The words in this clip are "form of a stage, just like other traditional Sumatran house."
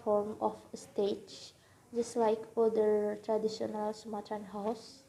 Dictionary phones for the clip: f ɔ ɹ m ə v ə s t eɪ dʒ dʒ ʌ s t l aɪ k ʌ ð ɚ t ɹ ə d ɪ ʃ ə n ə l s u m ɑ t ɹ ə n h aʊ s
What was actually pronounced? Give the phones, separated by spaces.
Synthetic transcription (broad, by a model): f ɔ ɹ m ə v ə s t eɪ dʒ dʒ ʌ s t l aɪ k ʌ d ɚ t ɹ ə d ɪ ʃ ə n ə l s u m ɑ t ə n h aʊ s